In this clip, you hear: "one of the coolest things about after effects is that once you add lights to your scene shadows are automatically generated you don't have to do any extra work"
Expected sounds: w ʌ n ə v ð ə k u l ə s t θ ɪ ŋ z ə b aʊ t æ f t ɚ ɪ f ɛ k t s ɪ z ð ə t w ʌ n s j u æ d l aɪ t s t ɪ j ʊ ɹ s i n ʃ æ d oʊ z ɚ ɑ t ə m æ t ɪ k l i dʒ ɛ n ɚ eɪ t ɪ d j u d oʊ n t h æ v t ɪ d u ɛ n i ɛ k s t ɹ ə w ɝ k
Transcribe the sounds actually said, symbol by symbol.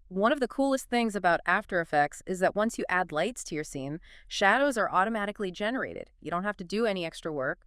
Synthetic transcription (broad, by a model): w ʌ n ə v ð ə k u l ə s t θ ɪ ŋ z ə b aʊ t æ f t ɚ ɪ f ɛ k t s ɪ z ð ə t w ʌ n s j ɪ æ d l aɪ t s t ɪ j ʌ ɹ s i n ʃ æ d oʊ z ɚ ɑ t ə m æ t ɪ k l i dʒ ɛ n ɚ eɪ t ɪ d j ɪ d oʊ n t h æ f t ɪ d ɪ ɛ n i ɛ k s t ɹ ə w ɝ k